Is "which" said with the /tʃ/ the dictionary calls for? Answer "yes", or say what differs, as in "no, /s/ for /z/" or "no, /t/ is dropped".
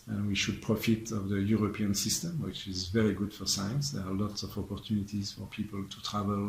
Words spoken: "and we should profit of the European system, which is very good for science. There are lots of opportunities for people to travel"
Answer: yes